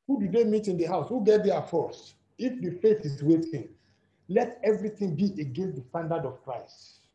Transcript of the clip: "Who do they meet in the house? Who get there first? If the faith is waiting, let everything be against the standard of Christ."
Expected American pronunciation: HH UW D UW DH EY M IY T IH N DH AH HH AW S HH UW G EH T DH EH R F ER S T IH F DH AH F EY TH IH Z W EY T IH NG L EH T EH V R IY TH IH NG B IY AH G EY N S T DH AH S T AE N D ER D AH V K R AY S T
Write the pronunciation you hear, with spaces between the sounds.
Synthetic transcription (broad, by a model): HH UW D UW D EY M IY T IH N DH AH HH AW S HH UW G EH T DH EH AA F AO S IH F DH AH F EY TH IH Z W EY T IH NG L EH T EH V R IY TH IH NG B IY AH G EY N S T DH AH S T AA N D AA D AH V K R AY S T